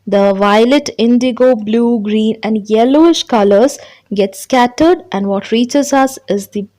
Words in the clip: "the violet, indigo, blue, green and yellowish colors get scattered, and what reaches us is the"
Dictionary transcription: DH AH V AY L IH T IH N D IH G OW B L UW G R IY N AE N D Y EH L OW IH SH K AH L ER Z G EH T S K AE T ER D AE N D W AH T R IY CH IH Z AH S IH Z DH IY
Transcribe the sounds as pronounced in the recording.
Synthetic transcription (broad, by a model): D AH V AY L IH T IH N D IH G OW B L UW G R IY N AE N D Y EH L OW IH SH K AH L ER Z G EH T S K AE T ER D AE N D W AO T R IY CH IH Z AH S IH Z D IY